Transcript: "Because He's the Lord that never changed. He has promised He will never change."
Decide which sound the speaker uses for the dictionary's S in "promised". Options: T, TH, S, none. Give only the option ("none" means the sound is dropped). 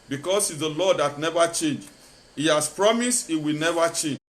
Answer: S